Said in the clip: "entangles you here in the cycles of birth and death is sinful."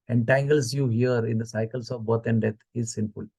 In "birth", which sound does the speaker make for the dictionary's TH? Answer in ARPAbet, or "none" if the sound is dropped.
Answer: T